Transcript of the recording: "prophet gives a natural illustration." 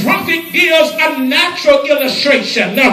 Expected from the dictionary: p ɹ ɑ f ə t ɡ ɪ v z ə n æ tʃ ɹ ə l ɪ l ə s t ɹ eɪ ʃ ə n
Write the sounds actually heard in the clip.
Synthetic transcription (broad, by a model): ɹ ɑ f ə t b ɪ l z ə n æ tʃ ɹ ə l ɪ l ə s t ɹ eɪ ʃ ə n